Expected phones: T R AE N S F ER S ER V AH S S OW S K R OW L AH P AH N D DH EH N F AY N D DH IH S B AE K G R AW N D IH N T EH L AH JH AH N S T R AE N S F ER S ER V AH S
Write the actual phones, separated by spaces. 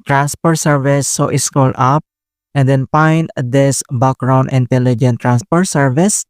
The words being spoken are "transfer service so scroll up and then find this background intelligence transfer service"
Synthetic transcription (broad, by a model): T R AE N S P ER S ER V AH S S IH S K OW L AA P AH N D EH N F AY N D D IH S B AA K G R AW N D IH N T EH L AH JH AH N T R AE N S P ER S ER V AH S